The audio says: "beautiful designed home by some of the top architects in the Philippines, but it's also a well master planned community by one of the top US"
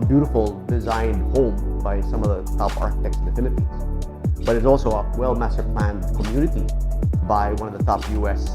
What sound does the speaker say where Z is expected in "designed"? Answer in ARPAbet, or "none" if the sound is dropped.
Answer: Z